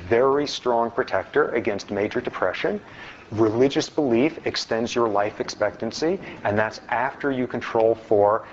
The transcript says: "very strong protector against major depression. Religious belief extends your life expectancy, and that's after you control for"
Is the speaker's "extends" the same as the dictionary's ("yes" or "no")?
yes